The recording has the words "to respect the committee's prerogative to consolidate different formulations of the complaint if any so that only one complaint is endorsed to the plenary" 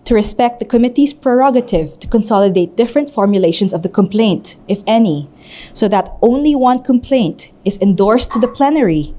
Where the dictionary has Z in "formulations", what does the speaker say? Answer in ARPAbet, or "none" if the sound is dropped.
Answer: S